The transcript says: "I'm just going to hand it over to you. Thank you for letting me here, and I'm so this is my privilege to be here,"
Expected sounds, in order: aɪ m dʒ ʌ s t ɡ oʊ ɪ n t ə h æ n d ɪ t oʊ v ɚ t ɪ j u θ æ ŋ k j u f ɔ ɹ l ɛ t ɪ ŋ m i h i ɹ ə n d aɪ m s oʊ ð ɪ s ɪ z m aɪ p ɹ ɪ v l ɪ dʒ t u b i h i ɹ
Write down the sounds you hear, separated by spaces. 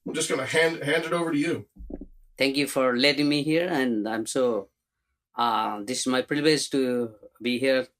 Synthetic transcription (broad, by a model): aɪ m dʒ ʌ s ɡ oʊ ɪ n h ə h æ n d ɪ t oʊ v ɚ t ɪ j u t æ ŋ k j u f ɔ ɹ l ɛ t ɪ ŋ m i h i ɹ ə n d aɪ m s oʊ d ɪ s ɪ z m aɪ p ɹ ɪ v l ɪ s t u b i h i ɹ